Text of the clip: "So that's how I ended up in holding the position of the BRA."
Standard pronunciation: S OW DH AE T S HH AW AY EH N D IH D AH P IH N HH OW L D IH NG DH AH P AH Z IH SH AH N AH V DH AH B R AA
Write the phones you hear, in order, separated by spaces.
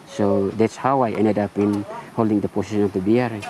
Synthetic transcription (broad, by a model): S OW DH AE T S HH AW AY EH N D IH D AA P IH N HH OW L D IH NG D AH P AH S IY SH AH N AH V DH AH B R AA